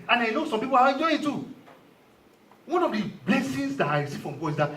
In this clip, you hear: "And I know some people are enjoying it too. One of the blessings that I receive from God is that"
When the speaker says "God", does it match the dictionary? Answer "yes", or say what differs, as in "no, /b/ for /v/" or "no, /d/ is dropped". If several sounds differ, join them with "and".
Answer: no, /d/ is dropped